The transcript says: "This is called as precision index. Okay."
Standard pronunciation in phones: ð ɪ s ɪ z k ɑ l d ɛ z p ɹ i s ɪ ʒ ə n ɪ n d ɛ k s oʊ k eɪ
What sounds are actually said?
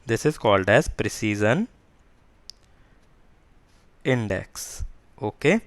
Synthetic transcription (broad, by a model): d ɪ s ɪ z k ɑ l d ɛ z p ɹ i s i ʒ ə n ɪ n d ɛ k s oʊ k eɪ